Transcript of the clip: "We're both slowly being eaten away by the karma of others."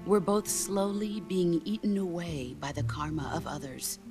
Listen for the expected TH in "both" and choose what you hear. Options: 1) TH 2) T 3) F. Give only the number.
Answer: 1